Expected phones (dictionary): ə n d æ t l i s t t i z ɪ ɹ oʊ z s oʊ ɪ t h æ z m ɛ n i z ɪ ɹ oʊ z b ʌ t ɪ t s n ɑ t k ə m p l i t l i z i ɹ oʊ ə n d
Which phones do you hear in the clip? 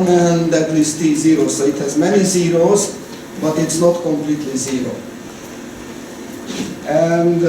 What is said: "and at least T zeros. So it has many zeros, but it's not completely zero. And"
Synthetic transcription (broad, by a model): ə n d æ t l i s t t i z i ɹ oʊ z s oʊ ɪ t h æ z m ɛ n i z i ɹ oʊ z b ʌ t ɪ t s n ɑ t k ə m p l i t l i z i ɹ oʊ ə n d